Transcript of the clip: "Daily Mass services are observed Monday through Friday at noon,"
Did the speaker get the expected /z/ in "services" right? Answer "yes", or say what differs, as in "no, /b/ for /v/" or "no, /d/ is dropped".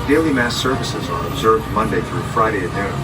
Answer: yes